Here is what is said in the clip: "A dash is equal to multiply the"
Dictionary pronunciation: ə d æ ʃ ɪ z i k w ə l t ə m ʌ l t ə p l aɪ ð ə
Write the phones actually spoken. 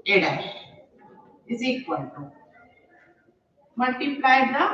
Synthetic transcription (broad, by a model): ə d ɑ ɪ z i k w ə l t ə m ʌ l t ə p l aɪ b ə